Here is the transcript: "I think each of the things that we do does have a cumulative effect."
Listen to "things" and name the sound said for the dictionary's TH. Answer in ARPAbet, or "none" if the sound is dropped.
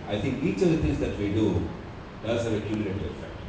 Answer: T